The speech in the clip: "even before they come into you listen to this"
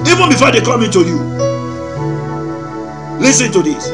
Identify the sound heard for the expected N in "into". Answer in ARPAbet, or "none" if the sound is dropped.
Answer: N